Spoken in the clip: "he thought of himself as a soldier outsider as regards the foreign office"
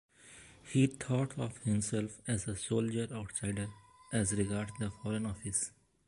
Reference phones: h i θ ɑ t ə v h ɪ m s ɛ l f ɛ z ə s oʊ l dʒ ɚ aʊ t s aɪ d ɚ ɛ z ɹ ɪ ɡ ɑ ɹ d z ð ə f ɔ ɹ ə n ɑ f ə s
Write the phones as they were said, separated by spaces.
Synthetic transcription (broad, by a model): h i t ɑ t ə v h ɪ m s ɛ l f ɛ z ə s oʊ l dʒ ɚ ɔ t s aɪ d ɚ ɛ z ɹ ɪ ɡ ɑ ɹ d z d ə f ɔ ɹ ə n ɑ f ə s